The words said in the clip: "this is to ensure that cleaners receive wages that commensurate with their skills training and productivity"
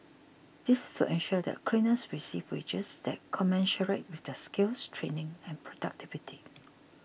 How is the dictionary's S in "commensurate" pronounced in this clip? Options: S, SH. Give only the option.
SH